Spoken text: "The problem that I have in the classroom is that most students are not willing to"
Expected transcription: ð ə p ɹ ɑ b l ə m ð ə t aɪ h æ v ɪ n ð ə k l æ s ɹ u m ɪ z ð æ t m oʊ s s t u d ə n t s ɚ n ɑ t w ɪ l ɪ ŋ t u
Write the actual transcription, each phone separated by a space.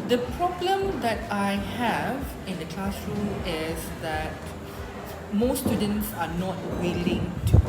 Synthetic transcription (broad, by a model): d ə p ɹ ɑ b l ə m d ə t aɪ h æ v ɪ n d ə k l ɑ s ɹ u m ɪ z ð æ t m oʊ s s t u d ə n t s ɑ n ɑ t w ɪ l ɪ ŋ t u